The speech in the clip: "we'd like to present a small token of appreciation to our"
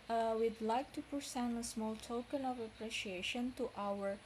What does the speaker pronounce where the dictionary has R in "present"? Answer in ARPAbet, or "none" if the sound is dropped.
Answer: none